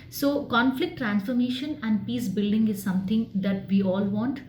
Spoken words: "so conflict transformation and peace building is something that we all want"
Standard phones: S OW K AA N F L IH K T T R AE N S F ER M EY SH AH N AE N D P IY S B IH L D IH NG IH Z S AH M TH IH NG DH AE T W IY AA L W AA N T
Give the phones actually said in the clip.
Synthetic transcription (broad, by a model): S OW K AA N F L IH K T T R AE N S F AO M EY SH AH N AE N D P IY S B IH L D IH NG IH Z S AH M T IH NG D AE T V IY AA L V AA N T